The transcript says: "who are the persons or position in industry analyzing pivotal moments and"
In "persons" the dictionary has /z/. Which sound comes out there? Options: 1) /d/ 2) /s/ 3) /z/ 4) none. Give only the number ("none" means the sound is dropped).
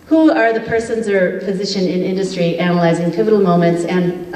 3